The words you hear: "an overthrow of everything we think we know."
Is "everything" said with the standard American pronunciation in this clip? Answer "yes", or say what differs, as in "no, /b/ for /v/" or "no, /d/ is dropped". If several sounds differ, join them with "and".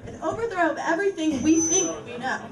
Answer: yes